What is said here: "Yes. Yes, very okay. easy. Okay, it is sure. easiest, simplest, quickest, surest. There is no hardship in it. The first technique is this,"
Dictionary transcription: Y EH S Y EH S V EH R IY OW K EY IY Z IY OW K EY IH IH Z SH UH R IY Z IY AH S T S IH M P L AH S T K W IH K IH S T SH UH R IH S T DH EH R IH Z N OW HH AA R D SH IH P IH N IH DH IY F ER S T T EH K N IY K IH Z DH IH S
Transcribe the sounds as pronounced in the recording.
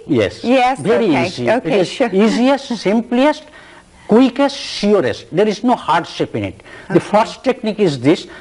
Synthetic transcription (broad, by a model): Y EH S Y EH S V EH R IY IY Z IY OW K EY IH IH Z IY Z IY AH S T S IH M P L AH S T K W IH K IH S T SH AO R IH S T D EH R IH Z N OW HH AA R D SH IH P IH N IH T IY F ER S T T EH K N IY K IH Z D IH S